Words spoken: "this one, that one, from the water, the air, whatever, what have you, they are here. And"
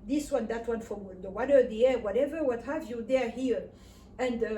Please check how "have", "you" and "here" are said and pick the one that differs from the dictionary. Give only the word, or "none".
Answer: none